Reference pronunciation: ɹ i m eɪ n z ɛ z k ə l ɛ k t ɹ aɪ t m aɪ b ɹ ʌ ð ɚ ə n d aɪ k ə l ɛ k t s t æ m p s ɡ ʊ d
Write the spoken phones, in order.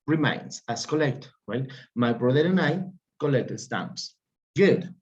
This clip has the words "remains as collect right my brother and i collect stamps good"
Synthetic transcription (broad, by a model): ɹ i m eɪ n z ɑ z k ə l ɛ k t w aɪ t m aɪ b ɹ ʌ ð ɚ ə n aɪ k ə l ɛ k t s t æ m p s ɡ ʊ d